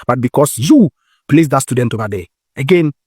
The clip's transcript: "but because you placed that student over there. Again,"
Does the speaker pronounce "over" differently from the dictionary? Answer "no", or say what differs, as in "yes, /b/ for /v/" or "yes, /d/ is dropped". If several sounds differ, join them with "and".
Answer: yes, /b/ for /v/